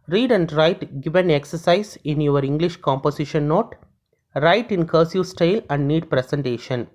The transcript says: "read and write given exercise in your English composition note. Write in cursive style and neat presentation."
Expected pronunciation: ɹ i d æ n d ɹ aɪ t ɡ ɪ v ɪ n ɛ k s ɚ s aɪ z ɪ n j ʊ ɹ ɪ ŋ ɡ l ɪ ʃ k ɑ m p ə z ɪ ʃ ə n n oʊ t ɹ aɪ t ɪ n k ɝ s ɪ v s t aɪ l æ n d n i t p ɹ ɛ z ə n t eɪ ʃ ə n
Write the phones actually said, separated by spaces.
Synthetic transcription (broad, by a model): ɹ i d æ n d ɹ aɪ t ɡ ɪ v ɪ n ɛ k s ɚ s aɪ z ɪ n j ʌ ɹ ɪ ŋ ɡ l ɪ ʃ k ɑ m p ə s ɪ ʃ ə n n oʊ t ɹ aɪ t ɪ n k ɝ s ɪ s t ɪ l æ n d n i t p ɹ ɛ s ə n t eɪ ʃ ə n